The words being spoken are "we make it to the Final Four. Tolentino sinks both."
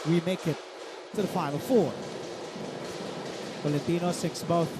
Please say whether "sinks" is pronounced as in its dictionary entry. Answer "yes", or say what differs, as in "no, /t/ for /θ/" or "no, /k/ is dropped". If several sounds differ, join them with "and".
no, /ŋ/ is dropped